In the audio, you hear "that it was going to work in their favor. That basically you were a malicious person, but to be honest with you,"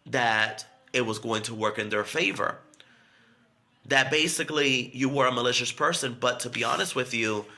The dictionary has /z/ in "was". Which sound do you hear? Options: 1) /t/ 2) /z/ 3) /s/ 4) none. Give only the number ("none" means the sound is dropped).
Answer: 2